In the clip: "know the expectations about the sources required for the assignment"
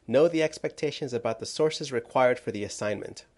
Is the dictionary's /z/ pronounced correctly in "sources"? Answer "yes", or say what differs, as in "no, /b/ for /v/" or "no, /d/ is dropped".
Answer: yes